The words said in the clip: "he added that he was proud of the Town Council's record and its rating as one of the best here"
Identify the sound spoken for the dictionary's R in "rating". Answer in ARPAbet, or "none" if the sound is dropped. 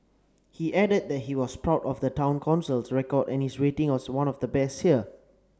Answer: W